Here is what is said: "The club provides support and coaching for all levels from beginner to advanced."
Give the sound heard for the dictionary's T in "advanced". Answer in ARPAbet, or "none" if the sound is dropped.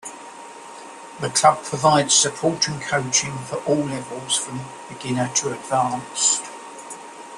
none